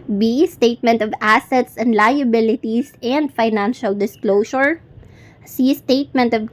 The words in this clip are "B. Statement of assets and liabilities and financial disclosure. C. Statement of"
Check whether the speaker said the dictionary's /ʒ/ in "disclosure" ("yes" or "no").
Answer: no